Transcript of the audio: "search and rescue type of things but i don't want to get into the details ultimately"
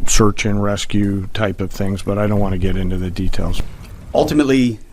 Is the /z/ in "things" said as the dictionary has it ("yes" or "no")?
yes